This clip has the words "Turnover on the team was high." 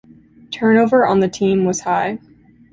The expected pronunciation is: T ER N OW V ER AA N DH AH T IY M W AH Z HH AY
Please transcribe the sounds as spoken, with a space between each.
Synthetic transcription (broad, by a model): T ER N OW V ER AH N DH AH T IY M W AH Z HH AY